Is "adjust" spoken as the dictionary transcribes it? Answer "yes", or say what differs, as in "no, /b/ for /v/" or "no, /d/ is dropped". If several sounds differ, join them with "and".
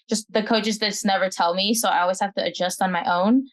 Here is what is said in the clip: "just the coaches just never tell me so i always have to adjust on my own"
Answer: yes